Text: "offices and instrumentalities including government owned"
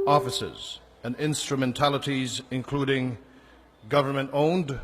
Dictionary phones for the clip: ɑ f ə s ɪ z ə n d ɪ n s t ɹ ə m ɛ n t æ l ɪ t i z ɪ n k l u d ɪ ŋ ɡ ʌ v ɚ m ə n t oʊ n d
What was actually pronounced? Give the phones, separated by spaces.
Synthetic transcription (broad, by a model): ɑ f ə s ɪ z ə n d ɪ n s t ɹ ə m ɛ n t æ l ɪ t i z ɪ n k l u d ɪ ŋ ɡ ʌ v ɚ m ə n t oʊ n d